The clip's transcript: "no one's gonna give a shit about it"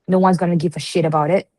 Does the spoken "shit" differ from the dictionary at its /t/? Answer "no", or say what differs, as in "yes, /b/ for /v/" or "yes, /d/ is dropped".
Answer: no